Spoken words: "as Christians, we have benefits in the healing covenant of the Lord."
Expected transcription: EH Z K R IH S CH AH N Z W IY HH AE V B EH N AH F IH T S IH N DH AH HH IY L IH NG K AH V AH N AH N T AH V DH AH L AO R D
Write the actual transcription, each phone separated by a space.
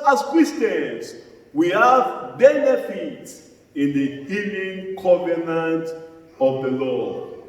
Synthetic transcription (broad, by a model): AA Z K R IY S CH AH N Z W IY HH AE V B EH N AH F IH T S IH N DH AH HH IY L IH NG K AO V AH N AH N T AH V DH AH L AO